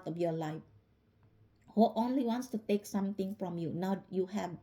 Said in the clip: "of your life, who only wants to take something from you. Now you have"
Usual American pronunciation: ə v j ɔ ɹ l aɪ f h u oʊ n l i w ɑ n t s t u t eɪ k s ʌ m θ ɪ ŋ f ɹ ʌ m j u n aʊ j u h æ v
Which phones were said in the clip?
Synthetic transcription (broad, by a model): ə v j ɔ l aɪ f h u oʊ n l i w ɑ n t s t u t eɪ k s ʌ m t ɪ ŋ f ɹ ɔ m j u n aʊ j u h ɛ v